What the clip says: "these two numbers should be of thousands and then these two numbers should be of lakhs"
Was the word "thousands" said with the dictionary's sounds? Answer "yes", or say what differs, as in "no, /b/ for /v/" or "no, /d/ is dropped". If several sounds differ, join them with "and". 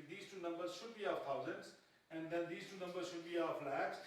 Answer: no, /t/ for /θ/